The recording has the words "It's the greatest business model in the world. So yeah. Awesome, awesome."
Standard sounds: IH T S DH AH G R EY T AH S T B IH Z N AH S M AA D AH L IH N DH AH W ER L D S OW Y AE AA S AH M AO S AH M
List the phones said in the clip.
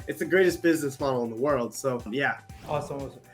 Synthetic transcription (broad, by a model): IH T S DH AH G R EY T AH S B IH Z N AH S M AA D L IH N DH AH W ER L D S OW Y AE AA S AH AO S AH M